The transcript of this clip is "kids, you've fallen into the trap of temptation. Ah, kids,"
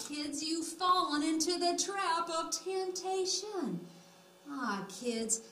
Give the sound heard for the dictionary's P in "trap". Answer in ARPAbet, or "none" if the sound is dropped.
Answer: P